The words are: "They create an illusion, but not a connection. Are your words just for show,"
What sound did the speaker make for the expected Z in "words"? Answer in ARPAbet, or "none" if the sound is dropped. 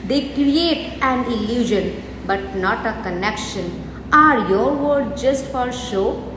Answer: none